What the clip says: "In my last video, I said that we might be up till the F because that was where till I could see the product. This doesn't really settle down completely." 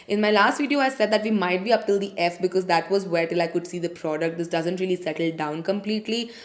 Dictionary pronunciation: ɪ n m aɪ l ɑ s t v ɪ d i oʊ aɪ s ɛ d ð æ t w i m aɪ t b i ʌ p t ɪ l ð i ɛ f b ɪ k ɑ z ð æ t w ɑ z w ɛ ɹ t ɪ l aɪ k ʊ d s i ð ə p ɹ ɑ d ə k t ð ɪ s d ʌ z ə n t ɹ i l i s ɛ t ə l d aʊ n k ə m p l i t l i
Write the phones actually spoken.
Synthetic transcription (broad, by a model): ɪ n m aɪ l ɑ s t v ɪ d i oʊ aɪ s ɛ d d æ t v i m aɪ t b i ʌ p t ɪ l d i ɛ f b ɪ k ɑ z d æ t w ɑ z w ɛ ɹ t ɪ l aɪ k ʊ d s i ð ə p ɹ ɑ d ə k t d ɪ s d ʌ z ə n t ɹ i l i s ɛ t ə l d aʊ n k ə m p l i t l i